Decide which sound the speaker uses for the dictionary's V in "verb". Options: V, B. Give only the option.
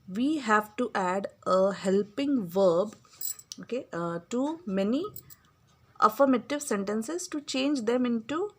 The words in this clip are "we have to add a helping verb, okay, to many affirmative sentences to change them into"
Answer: V